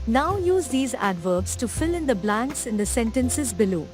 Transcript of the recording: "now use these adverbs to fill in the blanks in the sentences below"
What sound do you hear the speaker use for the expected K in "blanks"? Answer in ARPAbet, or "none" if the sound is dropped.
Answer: K